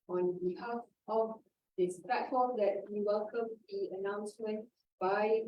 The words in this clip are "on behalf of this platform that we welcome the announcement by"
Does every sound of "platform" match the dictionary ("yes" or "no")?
no